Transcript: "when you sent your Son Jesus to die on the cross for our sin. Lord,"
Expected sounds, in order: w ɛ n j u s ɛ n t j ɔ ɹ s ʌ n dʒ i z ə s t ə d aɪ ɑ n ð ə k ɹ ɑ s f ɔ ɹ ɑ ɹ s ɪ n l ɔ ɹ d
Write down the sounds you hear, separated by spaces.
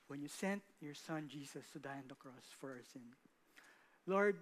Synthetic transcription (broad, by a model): w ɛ n j u s ɛ n t j ɔ ɹ s ʌ n dʒ i s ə s t ə d aɪ ɑ n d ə k ɹ ɑ s f ɔ ɹ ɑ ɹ s ɪ n l ɔ ɹ d